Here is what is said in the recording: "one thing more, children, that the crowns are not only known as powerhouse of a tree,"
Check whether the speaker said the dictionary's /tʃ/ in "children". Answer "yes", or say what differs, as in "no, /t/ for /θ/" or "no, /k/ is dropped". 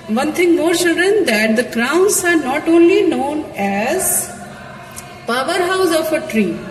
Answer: no, /s/ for /tʃ/